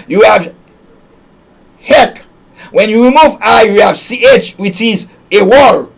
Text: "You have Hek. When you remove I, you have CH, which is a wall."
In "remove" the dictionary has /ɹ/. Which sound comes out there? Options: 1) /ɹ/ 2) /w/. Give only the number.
1